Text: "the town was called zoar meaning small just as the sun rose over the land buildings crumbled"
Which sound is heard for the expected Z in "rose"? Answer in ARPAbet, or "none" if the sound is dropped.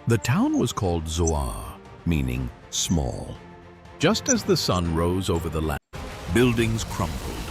Z